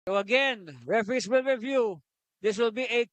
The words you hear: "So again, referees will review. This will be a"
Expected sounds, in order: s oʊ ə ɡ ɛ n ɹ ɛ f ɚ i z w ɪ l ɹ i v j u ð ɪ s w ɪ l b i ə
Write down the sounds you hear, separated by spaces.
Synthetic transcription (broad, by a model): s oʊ ə ɡ ɛ n ɹ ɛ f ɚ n s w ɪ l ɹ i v j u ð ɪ s w ɪ l b i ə